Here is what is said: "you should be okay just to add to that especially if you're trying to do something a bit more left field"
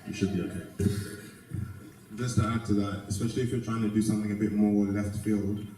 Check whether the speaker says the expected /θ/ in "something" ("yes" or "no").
yes